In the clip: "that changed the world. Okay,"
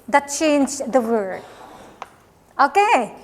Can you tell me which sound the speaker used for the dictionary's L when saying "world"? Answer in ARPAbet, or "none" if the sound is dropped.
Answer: none